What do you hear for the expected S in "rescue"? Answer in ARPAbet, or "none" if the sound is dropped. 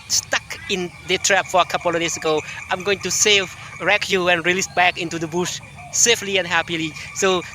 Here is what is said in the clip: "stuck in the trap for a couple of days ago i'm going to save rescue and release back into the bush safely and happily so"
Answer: none